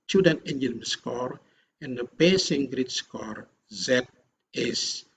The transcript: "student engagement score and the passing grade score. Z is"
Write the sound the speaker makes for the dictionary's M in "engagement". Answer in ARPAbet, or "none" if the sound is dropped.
none